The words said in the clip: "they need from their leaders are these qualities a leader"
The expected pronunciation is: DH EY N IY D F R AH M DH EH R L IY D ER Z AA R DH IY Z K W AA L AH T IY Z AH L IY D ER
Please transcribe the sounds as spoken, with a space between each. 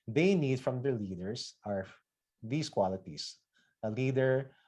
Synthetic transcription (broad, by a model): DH EY N IY D F R AH M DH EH R L IY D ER S AA R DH IY S K W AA L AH T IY S AH L IY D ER